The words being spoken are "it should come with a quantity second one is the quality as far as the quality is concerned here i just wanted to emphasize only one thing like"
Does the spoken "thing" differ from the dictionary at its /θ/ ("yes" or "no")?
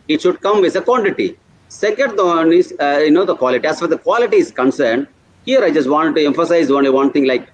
yes